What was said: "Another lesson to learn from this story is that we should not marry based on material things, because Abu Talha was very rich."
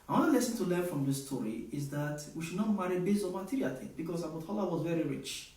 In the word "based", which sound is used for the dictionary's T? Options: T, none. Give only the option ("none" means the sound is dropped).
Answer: none